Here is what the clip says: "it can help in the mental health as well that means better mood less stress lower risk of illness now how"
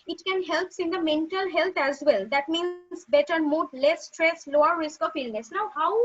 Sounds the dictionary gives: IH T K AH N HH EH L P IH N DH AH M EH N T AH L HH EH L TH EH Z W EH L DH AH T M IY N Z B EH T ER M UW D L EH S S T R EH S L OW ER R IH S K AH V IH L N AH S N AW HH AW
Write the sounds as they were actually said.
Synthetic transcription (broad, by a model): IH T K AH N HH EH L P IH N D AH M EH N T AH L HH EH L T EH Z W EH L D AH T M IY N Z B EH T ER M UW D L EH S S T R EH S L OW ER R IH S K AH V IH L N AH S N AW HH AW